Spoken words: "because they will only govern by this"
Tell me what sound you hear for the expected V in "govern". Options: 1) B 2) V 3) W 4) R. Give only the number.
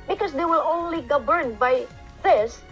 1